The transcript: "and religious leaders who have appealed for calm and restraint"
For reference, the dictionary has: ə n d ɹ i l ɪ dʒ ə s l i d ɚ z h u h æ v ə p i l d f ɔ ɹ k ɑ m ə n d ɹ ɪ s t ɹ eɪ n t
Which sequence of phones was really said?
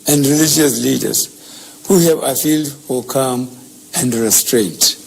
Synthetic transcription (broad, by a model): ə n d ɹ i l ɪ dʒ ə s l i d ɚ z h u h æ v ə f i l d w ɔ l k ɑ m ə n d ɹ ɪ s t ɹ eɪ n t